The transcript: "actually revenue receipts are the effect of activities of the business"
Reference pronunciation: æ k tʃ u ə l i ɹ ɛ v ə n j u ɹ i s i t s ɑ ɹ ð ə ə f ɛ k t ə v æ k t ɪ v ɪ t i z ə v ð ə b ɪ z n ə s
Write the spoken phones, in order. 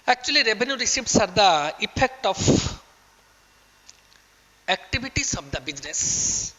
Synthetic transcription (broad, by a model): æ k tʃ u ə l i ɹ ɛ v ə n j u ɹ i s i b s ɑ ɹ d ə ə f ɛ k t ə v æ k t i b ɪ t i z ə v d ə b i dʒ n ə s